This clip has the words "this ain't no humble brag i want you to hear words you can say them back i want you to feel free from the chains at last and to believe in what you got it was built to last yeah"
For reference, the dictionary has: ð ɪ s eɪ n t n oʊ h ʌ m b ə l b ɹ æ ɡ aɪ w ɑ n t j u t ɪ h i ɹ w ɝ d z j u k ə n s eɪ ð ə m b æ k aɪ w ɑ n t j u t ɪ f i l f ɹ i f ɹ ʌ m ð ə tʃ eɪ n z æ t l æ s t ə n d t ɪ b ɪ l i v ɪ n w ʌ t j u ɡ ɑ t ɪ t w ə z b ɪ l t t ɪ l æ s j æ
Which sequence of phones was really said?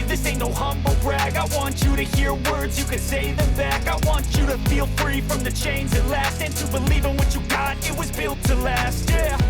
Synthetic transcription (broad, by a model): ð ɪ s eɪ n n oʊ h ʌ m b l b ɹ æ ɡ aɪ w ɑ n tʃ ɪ t ɪ h i ɹ w ɝ d z j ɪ k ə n s eɪ ð ə m b æ k aɪ w ɑ n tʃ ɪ t ɪ f i l f ɹ i f ɹ ʌ m ð ə tʃ eɪ n z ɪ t l æ s t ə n t ɪ b ɪ l i v ɪ n w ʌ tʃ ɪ ɡ ɑ t ɪ t w ə z b ɪ l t t ɪ l æ s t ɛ